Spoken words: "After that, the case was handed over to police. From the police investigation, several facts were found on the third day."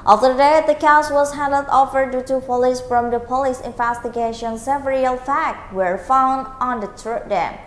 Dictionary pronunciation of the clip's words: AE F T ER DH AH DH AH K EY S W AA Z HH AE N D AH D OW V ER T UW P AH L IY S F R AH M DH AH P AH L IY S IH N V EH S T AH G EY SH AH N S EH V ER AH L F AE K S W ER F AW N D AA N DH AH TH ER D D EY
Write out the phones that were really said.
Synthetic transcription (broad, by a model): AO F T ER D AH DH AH K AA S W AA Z HH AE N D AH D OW F ER T UW P AH L IY S F R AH M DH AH P AH L IY S IH N V EH S T AH G EY SH AH N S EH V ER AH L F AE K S W ER F AW N D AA N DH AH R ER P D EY